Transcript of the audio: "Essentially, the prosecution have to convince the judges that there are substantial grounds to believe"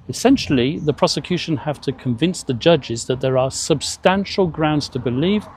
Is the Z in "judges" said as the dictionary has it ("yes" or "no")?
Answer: yes